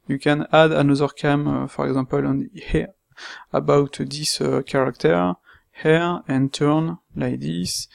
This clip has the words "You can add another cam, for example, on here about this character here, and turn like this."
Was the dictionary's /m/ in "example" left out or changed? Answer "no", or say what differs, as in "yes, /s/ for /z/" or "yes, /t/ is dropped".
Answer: yes, /m/ is dropped